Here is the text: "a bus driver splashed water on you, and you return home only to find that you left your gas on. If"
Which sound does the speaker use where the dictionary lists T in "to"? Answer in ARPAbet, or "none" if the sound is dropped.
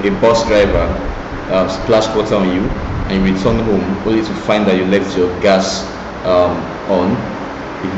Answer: T